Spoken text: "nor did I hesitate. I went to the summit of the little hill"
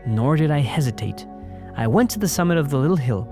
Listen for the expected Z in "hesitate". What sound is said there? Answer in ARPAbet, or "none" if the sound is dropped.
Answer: Z